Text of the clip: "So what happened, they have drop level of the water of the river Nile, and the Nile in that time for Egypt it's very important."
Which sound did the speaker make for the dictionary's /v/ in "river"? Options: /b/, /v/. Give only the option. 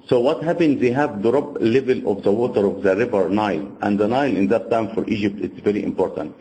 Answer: /v/